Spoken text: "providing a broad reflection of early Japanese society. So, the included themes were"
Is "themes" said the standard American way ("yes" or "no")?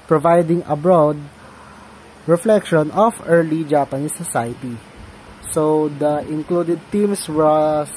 no